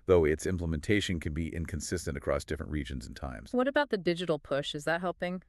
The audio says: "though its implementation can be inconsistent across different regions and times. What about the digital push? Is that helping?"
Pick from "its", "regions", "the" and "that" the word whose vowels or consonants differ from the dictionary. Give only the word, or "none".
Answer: none